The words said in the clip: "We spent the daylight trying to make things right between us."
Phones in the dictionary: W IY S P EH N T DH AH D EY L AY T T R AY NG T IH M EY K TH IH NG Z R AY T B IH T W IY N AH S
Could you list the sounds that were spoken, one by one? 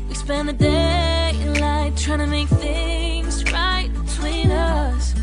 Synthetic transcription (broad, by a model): W IY S P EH N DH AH D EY L AY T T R AY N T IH M EY K TH IH NG Z R AY T B IH T W IY N AH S